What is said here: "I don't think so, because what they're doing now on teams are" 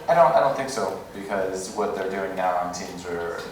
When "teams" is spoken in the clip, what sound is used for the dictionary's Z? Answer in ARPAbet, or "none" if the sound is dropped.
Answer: Z